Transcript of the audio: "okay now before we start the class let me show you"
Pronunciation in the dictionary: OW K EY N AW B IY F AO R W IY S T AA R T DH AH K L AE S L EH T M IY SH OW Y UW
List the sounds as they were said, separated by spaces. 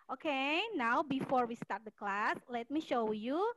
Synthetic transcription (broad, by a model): OW K EY N AW B IY F AO R W IY S T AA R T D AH K L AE S L EH T M IY SH OW Y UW